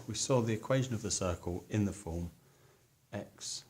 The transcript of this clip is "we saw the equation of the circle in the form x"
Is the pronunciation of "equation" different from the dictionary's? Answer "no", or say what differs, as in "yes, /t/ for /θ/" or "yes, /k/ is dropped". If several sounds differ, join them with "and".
no